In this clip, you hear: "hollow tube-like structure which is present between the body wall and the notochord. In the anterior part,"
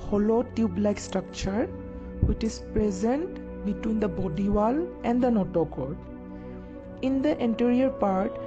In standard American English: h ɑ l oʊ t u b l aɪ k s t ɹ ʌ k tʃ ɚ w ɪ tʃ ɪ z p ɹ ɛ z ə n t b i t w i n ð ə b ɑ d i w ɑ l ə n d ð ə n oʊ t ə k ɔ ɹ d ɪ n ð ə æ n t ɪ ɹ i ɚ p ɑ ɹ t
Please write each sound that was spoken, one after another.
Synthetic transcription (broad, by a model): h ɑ l oʊ t u b l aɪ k s t ɹ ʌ k tʃ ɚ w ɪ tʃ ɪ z p ɹ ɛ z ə n t b i t w i n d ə b ɑ d i w ɑ l ə n d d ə n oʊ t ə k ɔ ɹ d ɪ n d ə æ n t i ɹ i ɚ p ɑ ɹ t